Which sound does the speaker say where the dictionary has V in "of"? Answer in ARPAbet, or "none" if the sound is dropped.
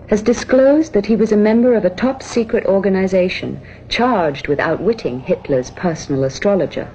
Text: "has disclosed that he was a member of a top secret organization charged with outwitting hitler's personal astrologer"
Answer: V